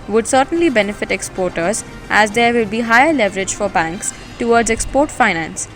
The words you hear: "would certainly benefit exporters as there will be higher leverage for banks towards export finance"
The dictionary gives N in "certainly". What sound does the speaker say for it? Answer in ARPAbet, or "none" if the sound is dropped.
N